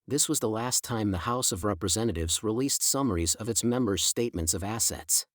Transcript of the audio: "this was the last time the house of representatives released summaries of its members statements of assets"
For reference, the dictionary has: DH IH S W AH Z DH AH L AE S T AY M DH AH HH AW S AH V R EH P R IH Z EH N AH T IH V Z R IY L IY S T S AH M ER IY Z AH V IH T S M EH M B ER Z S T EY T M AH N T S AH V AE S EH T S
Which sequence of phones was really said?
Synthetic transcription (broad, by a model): DH IH S W AH Z DH AH L AE S T AY M DH AH HH AW S AH V R EH P R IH Z EH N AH T IH V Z R IY L IY S T S AH M ER IY Z AH V IH T S M EH M B ER Z S T EY T M AH N T S AH V AE S EH T S